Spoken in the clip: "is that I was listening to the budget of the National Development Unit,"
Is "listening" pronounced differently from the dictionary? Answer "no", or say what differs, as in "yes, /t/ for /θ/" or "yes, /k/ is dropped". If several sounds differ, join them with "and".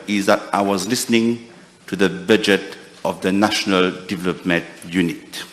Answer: no